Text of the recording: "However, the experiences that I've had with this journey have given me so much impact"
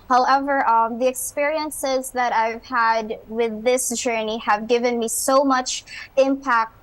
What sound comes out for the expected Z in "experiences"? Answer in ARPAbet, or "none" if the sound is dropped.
Z